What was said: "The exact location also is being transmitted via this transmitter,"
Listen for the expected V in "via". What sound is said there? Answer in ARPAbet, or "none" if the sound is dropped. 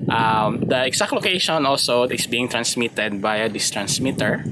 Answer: B